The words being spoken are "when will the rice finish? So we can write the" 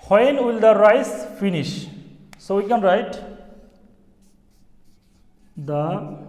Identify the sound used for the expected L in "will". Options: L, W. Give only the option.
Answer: L